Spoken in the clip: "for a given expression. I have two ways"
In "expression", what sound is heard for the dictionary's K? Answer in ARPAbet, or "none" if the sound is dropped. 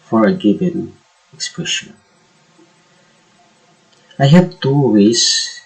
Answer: K